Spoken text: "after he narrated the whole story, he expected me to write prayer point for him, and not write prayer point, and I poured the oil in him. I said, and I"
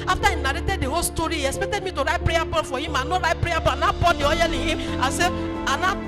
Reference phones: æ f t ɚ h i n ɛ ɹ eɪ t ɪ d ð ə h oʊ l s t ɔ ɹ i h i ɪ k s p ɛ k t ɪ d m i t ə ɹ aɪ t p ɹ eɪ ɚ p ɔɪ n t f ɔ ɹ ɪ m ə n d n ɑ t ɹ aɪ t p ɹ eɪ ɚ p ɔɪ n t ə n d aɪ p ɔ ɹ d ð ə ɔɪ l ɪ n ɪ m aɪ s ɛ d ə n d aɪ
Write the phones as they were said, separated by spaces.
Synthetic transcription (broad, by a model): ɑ f t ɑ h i n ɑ ɹ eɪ t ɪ d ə h oʊ l s t ɔ ɹ i h i ɪ k s p ɛ k t ɪ d m i t ə ɹ aɪ t p ɹ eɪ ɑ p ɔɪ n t f ɔ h ɪ m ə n n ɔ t ɹ aɪ t p ɹ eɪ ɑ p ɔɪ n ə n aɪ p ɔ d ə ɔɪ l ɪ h ɪ m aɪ s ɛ ə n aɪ